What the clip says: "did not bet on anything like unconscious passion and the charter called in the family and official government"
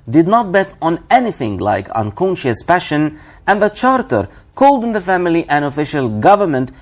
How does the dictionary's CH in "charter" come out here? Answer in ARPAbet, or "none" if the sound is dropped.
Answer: CH